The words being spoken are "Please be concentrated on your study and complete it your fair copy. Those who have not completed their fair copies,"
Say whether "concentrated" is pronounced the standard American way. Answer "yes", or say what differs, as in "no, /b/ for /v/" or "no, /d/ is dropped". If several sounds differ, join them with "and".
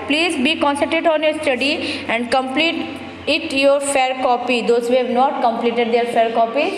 no, /ɹ/ is dropped